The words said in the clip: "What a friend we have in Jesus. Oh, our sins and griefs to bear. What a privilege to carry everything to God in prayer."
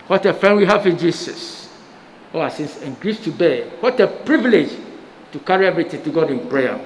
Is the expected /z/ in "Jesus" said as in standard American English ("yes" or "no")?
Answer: no